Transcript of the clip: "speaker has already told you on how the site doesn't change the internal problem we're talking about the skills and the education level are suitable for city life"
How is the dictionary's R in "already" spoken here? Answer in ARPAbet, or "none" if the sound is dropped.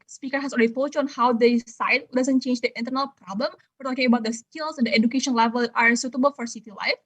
L